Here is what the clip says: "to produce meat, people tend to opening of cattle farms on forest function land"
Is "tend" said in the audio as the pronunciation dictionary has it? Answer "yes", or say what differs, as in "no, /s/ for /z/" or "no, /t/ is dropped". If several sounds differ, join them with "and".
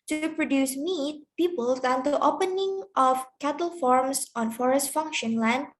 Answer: no, /s/ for /t/